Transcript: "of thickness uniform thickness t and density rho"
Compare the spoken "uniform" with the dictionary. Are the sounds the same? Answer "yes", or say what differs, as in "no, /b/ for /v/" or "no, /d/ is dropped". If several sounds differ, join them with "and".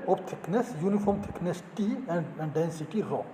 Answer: yes